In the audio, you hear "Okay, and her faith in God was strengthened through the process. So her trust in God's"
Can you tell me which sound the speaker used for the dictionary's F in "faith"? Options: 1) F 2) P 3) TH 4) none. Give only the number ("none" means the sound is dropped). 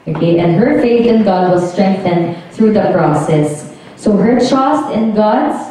1